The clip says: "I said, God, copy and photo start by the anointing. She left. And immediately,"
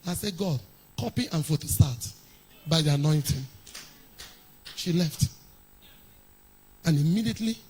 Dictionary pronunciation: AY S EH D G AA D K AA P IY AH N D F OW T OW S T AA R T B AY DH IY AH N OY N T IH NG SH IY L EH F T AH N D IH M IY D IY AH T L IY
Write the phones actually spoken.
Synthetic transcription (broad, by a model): AY S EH G AA D K AA P IY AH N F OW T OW S T AA T B AY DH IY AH N OY N T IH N SH IY L EH F T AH N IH M IY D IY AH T L IY